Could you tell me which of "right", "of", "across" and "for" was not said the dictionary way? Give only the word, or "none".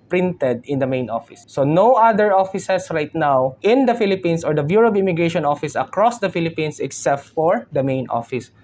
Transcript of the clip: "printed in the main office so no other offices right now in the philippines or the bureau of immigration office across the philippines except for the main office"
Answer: of